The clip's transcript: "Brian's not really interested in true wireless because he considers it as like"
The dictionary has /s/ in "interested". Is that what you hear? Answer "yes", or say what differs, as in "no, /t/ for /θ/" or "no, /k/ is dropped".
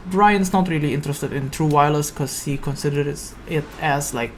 yes